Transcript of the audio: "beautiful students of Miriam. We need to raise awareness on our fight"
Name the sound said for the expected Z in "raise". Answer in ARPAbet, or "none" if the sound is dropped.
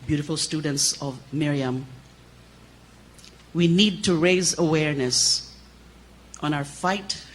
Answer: Z